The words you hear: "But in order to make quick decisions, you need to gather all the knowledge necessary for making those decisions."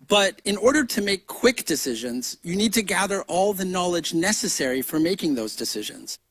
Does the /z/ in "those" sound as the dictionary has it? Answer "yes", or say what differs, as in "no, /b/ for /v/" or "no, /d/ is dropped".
yes